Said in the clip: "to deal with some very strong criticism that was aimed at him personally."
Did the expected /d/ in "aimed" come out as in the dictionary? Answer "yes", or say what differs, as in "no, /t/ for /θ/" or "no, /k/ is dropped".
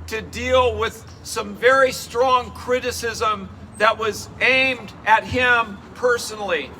yes